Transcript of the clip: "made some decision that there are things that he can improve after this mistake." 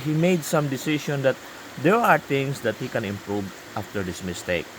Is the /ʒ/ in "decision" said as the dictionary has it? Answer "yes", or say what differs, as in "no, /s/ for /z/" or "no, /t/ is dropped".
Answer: no, /ʃ/ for /ʒ/